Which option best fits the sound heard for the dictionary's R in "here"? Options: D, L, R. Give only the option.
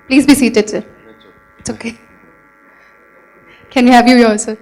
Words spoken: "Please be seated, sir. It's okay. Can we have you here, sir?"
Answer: L